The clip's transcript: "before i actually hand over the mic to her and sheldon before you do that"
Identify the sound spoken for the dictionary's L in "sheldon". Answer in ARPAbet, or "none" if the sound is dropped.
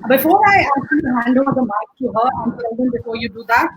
none